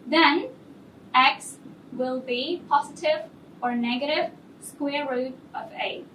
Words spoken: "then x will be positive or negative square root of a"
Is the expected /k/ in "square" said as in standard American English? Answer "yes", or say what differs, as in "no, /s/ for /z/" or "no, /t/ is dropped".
yes